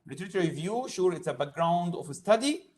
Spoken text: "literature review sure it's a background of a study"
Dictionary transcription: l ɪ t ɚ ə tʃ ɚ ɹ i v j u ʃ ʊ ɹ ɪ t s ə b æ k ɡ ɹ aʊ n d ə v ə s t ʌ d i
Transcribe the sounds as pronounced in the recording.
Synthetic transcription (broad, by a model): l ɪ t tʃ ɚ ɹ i v j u ʃ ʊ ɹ ɪ t s ə b æ k ɡ ɹ aʊ n d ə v ə s t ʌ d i